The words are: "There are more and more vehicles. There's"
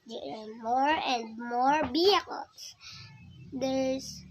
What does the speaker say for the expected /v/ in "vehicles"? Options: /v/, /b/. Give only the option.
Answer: /b/